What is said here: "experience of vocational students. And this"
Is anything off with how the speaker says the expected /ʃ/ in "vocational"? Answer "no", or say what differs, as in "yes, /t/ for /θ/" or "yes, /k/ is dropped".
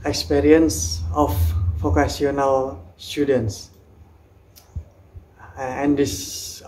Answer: yes, /s/ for /ʃ/